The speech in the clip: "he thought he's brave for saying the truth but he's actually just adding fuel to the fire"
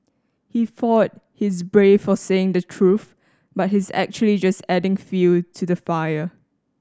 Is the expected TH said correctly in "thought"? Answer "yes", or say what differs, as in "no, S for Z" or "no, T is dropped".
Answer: no, F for TH